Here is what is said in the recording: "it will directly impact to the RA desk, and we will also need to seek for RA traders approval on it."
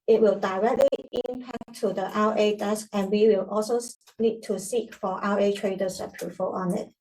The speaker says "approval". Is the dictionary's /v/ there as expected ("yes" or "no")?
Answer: no